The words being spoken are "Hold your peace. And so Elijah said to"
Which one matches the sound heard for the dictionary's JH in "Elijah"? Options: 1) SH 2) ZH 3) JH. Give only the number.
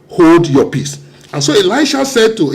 1